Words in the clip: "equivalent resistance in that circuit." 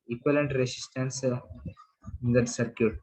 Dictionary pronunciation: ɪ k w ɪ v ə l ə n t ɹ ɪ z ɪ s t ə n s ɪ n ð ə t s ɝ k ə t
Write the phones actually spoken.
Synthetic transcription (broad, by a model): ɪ k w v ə l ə n t ɹ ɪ s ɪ s t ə n s ɪ n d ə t s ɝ k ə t